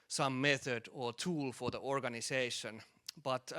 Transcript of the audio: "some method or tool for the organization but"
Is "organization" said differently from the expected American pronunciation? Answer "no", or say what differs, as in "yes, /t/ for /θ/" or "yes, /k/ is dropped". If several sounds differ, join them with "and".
yes, /s/ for /z/